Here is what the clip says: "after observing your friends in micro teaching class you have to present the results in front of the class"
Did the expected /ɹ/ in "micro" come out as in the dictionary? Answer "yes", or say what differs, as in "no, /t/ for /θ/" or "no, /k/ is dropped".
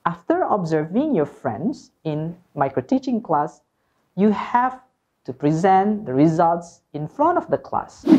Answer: yes